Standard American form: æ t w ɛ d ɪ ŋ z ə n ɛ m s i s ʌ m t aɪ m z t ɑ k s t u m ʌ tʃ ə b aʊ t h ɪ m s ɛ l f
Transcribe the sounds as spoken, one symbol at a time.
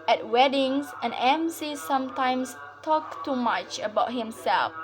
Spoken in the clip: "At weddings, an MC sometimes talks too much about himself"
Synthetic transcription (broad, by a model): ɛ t w ɛ d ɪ ŋ s ə n ɛ m s i s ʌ m t aɪ m s t ɑ k t u m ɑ tʃ ə b aʊ t h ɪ m s ɛ l f